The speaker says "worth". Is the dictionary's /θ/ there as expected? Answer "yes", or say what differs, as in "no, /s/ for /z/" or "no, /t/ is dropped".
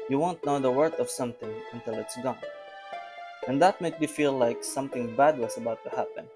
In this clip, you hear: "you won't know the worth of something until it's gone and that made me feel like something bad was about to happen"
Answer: no, /t/ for /θ/